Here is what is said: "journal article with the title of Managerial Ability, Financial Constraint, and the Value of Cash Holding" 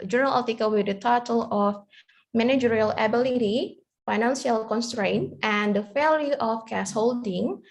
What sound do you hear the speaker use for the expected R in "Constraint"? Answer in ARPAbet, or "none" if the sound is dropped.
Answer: R